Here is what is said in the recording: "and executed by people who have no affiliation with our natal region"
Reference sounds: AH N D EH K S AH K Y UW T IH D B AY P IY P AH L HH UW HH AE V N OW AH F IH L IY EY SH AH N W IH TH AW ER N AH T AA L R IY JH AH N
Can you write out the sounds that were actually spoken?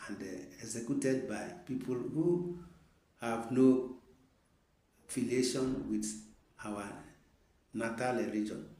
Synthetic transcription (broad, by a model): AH N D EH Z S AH K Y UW T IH D B AY P IY P AH L HH UW HH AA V N OW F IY L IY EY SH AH N W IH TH AW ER N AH T AA L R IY JH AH N